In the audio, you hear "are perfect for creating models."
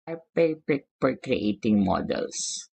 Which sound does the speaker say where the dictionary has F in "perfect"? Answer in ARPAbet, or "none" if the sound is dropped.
P